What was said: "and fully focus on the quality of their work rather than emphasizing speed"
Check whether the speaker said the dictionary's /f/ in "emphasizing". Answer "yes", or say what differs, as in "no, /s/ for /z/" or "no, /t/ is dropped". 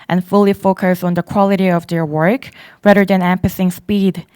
no, /p/ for /f/